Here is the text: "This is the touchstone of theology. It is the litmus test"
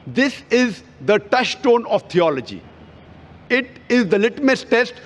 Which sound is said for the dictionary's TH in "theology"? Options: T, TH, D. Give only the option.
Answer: T